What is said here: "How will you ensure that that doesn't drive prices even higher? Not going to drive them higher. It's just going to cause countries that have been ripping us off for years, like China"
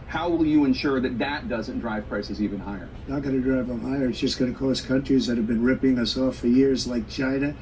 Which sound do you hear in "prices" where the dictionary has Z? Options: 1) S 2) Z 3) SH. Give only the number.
2